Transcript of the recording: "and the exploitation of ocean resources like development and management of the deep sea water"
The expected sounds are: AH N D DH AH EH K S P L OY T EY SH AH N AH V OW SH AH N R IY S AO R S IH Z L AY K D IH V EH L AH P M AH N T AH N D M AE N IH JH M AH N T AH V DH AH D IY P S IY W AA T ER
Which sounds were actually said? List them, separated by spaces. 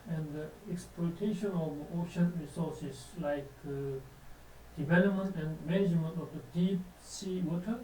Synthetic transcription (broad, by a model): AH N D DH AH EH K S P L OY T EY SH AH N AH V OW SH AH N R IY S AO S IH S L AY K D IH V EH L AH P M AH N T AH N M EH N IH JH M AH N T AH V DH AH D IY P S IY W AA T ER